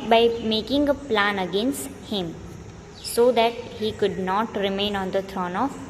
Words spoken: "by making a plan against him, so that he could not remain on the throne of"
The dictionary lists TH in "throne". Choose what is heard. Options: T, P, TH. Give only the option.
T